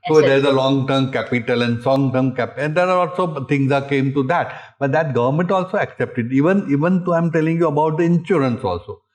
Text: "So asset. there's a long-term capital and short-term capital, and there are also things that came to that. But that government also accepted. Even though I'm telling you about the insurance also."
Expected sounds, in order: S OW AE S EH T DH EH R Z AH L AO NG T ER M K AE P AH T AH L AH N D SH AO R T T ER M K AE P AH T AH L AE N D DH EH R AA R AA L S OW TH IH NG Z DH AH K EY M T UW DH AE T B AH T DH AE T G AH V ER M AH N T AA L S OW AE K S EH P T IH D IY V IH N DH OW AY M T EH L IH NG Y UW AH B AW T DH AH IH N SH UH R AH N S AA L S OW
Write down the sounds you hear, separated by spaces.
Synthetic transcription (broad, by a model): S OW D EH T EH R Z AH L AO NG T ER M K AE P AH T AH L AH N D S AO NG T ER M K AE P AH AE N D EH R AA L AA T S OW T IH NG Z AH K EY M T UW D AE T B AH T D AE T G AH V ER M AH N T AA L S OW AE K S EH P T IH D IY V IH N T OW AY M T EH L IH NG Y UW AH B AW T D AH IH N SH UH R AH N S AA L S OW